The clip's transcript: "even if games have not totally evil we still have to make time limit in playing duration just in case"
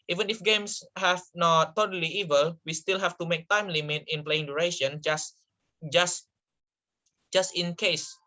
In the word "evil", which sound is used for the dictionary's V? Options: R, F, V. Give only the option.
V